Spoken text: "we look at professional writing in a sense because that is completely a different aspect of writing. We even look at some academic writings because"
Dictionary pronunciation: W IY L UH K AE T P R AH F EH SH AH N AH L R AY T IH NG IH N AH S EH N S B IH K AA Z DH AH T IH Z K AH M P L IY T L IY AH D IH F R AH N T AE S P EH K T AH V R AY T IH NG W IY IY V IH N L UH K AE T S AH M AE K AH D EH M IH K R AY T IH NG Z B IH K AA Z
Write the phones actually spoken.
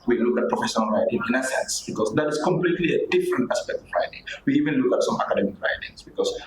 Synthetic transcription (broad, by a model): W IY L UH K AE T P R AH F EH SH AH N AH L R AY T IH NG IH N AH S EH N S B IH K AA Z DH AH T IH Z K AH M P L IY T L IY AH D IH F R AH N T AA S P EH K T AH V R AY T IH NG W IY IY V IH N L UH K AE T S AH M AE K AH D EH M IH K R AY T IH NG S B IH K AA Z